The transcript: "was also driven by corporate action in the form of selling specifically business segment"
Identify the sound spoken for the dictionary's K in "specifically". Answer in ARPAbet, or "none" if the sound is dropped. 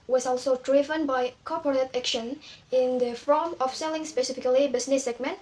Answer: K